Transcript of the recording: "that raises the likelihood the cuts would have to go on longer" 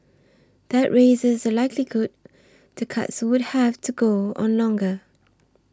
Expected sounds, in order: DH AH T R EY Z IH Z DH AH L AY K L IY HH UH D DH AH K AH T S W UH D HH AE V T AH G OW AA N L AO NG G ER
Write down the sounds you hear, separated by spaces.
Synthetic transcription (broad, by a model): DH AH T R EY Z IH Z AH L AY K L IY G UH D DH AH K AH T S W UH D HH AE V T AH G OW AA N L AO NG G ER